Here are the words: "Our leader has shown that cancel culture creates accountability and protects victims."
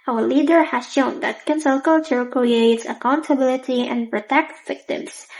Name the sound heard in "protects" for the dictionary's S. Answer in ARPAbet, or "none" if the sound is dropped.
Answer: none